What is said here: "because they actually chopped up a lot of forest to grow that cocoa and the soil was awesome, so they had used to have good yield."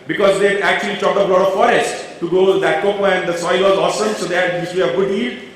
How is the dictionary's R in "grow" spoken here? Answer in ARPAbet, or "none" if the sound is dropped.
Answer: none